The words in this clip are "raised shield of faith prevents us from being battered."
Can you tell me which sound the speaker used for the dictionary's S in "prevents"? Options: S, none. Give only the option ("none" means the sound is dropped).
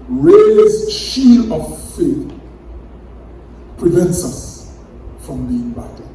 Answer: S